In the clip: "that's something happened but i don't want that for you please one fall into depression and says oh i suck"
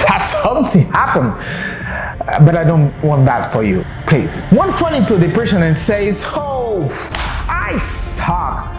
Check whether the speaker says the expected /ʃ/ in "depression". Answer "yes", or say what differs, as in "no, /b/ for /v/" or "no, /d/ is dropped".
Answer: no, /s/ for /ʃ/